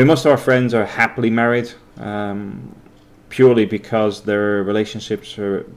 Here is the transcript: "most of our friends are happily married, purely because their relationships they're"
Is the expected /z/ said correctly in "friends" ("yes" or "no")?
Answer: yes